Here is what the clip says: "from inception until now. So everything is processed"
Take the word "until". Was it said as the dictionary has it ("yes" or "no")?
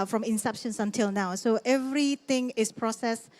yes